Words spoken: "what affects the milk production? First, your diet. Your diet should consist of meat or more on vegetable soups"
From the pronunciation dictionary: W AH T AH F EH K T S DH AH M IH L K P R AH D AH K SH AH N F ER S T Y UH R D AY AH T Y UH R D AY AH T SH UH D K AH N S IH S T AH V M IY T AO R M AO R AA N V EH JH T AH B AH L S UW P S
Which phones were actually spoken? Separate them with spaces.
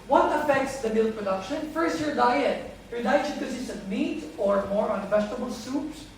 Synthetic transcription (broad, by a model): W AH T AH F EH K T S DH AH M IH L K P R AH D AH K SH AH N F ER S T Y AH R D AY AH T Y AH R D AY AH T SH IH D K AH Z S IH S AH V M IY T AO R M AO R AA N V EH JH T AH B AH L S UW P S